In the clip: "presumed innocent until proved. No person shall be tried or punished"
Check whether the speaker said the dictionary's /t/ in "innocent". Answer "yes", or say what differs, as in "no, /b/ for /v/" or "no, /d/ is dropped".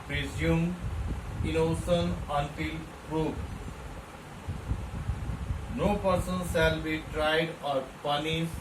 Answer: no, /t/ is dropped